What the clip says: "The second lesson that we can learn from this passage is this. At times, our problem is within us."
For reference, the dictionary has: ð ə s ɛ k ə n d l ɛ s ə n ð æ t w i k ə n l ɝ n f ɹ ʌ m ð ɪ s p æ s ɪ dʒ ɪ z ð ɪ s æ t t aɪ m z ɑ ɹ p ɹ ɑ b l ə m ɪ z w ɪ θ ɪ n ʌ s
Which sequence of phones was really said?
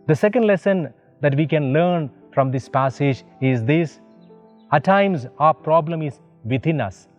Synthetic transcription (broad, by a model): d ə s ɛ k ə n d l ɛ s ə n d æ t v i k ə n l ɝ n f ɹ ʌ m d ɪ s p æ s ɪ dʒ ɪ z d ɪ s æ t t aɪ m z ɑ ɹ p ɹ ɑ b l ə m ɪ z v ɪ t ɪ n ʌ s